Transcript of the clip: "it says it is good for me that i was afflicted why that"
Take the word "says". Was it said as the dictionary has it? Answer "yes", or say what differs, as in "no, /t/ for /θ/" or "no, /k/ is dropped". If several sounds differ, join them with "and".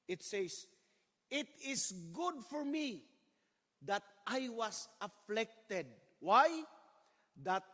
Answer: no, /s/ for /z/